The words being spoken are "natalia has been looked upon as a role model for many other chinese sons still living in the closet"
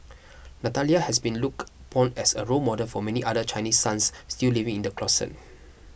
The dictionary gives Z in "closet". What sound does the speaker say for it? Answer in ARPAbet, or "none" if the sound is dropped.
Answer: S